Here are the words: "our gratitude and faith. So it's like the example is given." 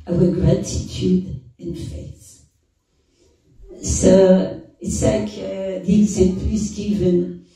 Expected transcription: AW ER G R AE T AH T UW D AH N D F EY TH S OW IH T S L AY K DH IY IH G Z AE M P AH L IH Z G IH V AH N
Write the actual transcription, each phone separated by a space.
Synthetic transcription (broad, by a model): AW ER G R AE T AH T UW D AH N F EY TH S OW IH T S L AY K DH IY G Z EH P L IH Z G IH V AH N